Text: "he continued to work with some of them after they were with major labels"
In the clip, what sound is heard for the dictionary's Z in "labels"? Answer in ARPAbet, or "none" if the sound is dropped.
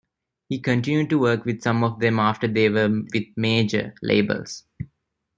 S